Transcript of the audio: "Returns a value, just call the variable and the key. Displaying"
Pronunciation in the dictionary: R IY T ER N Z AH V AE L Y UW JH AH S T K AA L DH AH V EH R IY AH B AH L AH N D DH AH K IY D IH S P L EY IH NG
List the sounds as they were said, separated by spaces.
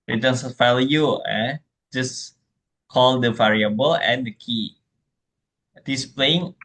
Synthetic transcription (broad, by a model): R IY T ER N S AH F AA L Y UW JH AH S K AA L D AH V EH R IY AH B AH L AH N D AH K IY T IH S P L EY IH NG